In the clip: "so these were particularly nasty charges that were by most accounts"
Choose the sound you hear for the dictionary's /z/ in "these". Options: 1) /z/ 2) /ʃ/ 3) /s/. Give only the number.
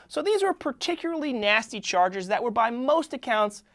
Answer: 1